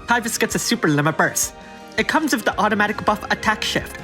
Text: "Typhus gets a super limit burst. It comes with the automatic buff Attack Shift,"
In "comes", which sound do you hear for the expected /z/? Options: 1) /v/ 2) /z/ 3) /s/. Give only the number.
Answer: 2